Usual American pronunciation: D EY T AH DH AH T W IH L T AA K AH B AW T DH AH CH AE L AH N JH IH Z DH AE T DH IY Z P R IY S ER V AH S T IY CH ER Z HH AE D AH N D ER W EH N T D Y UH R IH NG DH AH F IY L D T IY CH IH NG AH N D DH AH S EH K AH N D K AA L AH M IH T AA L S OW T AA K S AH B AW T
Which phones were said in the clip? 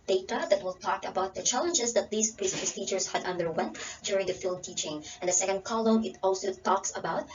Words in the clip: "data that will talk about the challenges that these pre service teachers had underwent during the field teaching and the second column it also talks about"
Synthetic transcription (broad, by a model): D EY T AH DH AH T W IH L T AA K AH B AW T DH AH CH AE L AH N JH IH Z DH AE T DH IY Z P R IY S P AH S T IY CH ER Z HH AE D AH N D ER W EH N T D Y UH R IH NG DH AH F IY L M T IY CH IH NG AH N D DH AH S EH K AH N D K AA L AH IH T AA L S OW T AA K S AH B AW T